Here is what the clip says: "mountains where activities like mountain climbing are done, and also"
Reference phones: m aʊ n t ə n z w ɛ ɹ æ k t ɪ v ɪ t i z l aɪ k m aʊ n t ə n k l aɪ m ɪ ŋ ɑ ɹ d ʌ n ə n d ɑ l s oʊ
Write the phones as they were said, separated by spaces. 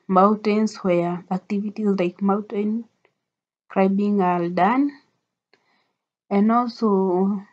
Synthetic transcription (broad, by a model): m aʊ n t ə n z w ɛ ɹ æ k t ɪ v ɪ t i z l aɪ k m aʊ n t ə n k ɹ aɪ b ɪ ŋ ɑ l d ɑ n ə n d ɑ l s oʊ